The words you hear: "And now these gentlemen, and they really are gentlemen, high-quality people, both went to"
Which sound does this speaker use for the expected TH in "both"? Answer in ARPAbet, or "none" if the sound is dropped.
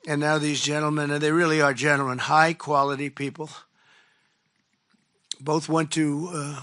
TH